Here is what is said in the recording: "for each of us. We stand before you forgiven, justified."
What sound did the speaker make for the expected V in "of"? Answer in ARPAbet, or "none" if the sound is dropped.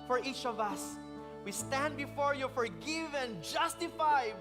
V